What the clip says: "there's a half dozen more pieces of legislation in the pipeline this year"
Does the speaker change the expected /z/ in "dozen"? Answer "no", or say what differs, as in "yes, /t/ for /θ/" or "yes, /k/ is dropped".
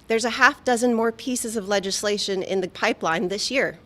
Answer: no